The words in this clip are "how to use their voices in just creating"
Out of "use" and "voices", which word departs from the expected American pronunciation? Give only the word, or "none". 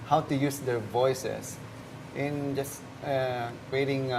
voices